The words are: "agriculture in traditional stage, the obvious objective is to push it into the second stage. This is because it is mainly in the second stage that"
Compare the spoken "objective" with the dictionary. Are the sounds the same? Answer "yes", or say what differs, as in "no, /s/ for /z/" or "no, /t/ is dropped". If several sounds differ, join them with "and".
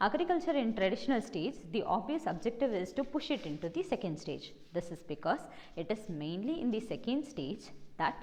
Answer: yes